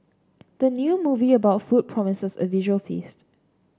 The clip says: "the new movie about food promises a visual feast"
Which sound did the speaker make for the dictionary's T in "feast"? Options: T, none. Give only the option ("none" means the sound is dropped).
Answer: T